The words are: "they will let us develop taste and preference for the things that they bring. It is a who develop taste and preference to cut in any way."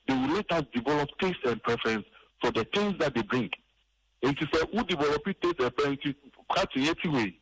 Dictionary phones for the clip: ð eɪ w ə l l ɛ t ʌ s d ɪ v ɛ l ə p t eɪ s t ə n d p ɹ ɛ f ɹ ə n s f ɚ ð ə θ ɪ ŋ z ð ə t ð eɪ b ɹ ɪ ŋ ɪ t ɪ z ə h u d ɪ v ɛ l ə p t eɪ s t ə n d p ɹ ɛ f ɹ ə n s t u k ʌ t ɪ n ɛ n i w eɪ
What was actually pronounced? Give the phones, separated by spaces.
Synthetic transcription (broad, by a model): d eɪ w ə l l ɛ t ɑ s d ɪ v ɛ l ə p t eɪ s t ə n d p ɹ ɛ f ɹ ə n s f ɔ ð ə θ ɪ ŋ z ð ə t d eɪ b ɹ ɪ ŋ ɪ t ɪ s ə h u d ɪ v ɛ l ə p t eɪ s ə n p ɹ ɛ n t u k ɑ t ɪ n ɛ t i w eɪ